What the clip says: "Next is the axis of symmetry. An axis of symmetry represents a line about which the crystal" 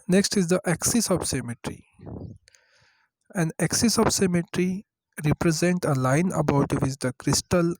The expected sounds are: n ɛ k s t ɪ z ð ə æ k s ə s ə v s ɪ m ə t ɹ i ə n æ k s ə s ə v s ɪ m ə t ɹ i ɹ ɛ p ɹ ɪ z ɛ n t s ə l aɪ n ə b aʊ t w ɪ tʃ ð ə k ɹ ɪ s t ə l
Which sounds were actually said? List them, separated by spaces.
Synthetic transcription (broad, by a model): n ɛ k s t ɪ z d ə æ k s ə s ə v s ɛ m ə t ɹ i ə n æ k s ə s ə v s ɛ m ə t ɹ i ɹ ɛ p ɹ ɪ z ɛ n t ə l aɪ n ə b aʊ t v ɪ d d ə k ɹ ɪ s t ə l